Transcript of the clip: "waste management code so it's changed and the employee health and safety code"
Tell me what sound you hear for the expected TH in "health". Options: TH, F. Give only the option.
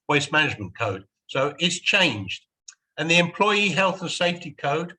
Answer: TH